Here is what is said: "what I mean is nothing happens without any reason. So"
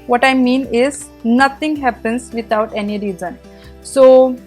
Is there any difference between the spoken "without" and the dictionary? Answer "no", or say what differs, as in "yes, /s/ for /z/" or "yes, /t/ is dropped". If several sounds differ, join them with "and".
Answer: yes, /t/ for /θ/